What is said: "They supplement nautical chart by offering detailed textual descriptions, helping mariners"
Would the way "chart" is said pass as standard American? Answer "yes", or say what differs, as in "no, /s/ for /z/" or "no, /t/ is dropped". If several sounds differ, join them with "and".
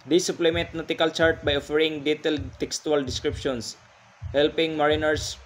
yes